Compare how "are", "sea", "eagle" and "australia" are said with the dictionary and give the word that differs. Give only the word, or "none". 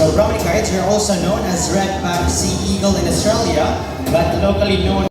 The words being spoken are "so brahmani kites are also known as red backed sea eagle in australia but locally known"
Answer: none